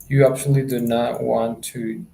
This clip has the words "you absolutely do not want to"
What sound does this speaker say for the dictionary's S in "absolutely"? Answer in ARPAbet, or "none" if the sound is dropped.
SH